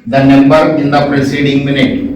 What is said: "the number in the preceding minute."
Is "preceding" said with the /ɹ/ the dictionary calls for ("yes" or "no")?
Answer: yes